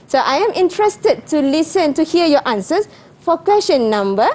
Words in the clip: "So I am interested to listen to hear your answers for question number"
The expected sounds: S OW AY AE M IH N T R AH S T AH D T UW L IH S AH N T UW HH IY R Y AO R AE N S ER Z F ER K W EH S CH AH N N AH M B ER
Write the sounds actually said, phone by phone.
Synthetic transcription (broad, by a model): S OW AY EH M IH N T R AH S T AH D T UW L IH S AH N T UW HH IY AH Y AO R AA N S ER S F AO K W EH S SH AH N N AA M B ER